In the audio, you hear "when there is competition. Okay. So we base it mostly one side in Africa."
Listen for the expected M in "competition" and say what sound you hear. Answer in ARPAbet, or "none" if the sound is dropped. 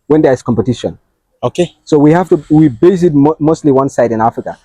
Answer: M